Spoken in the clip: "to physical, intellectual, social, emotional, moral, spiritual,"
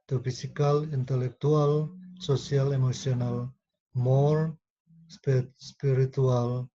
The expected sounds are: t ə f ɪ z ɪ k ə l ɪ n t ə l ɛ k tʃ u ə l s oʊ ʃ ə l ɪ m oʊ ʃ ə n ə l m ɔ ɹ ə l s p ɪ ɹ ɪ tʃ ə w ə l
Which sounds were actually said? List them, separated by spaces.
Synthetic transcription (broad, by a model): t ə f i s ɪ k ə l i n t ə l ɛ k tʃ u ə l s oʊ s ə l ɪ m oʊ s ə n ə l m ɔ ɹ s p s p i ɹ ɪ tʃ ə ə l